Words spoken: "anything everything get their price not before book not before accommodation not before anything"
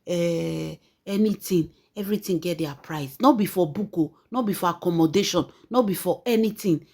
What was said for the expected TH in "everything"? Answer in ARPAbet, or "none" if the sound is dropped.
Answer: T